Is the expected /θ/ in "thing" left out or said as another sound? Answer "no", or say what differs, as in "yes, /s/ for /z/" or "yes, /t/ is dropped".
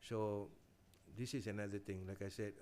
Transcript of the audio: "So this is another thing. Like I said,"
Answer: yes, /t/ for /θ/